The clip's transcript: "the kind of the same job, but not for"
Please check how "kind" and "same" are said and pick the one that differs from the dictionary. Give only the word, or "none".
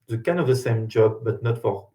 kind